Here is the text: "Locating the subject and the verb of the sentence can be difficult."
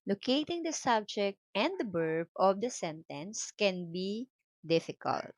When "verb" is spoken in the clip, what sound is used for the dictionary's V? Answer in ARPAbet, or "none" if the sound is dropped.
B